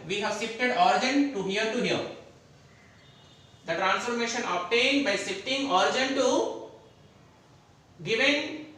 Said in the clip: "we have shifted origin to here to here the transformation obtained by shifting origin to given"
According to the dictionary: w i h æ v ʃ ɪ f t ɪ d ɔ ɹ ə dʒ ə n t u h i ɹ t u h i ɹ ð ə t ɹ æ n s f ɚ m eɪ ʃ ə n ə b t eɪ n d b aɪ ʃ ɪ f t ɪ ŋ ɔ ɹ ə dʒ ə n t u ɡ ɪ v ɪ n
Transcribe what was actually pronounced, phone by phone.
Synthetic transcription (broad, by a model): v i h æ v s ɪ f t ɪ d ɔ ɹ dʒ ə n t u h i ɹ t u h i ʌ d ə t ɹ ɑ n s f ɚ m eɪ ʃ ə n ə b t eɪ n d b aɪ s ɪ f t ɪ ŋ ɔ ɹ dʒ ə n t u ɡ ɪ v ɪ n